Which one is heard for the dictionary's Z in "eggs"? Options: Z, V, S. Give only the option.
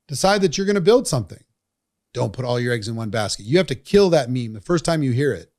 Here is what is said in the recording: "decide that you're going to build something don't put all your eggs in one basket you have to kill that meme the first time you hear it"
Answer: Z